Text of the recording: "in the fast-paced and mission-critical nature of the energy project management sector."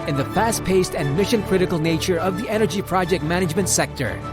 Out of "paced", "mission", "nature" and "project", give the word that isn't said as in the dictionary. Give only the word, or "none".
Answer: none